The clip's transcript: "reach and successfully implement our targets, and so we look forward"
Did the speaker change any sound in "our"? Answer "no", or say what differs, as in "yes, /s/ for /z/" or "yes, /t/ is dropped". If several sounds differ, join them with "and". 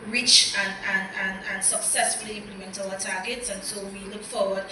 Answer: yes, /l/ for /ɹ/